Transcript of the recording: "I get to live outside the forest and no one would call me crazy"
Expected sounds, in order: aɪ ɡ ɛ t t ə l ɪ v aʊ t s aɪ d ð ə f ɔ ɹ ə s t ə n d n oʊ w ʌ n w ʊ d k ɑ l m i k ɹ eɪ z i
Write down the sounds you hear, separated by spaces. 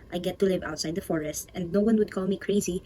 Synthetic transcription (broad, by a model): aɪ ɡ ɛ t t ə l ɪ v aʊ t s aɪ d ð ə f ɔ ɹ ə s t ə n d n oʊ w ʌ n w ʊ d k ɑ l m i k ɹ eɪ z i